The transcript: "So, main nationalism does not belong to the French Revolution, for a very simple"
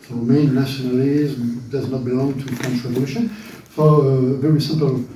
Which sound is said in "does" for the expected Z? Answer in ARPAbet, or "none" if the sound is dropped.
Z